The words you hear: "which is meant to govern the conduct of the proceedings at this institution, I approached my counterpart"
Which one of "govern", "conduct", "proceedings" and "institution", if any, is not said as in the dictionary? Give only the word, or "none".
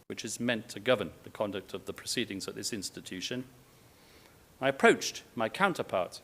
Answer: none